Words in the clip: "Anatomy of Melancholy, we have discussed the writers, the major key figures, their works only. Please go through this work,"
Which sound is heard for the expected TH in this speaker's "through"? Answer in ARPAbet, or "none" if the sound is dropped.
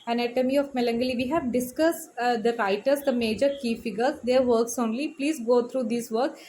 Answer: T